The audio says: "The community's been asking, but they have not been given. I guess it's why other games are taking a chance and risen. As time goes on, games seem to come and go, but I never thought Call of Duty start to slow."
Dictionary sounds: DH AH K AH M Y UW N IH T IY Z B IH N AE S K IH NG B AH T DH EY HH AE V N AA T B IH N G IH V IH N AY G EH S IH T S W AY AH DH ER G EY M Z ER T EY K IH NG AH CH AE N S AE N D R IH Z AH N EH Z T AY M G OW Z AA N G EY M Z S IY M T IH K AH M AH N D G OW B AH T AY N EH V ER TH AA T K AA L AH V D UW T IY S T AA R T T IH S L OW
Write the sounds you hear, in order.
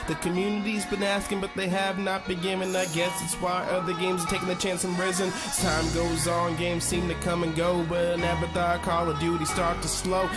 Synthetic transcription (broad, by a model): DH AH K AH M Y UW N IH T IY Z B IH N AE S K IH NG B AH T DH EY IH V N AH T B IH G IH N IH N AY G EH S IH T S W AY AH DH ER G EY M Z ER T EY K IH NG AH CH AE N S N R IH Z AH N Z T AY M G OW Z N G EY M Z S IY M T IH K AH M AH N G OW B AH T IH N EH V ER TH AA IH K AA L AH D UW T IY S T AA R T T IH S L OW